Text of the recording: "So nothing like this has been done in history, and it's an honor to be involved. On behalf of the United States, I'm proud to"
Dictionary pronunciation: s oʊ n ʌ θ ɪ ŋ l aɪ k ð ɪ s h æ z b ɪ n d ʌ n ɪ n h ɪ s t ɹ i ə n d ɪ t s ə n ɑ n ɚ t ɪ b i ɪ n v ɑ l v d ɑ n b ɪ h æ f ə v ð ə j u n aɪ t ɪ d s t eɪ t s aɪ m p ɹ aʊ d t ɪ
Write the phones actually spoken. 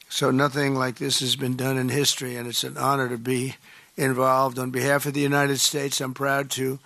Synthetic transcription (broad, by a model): s oʊ n ʌ θ ɪ ŋ l aɪ k ð ɪ s h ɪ z b ɪ n d ʌ n ɪ n h ɪ s t ɹ i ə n ɪ t s ə n ɑ n ɚ t ɪ b i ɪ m v ɑ l v d n b ɪ h æ f ə v ð ə j u n aɪ t ɪ d s t eɪ t s aɪ m p ɹ aʊ d t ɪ